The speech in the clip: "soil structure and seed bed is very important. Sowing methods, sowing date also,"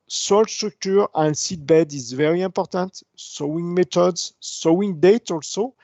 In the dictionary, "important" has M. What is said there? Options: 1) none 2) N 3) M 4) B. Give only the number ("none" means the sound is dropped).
1